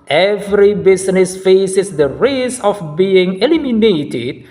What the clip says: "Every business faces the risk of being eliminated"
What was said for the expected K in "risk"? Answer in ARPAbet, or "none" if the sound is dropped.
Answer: none